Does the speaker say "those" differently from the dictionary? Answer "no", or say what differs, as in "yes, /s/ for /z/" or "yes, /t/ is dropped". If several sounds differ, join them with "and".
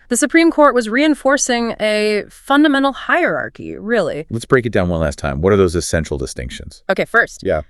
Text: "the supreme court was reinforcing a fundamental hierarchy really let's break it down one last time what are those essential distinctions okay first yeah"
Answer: no